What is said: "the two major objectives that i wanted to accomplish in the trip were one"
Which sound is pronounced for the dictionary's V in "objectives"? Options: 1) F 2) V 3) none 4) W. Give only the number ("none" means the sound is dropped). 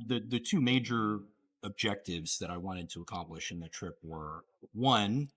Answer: 2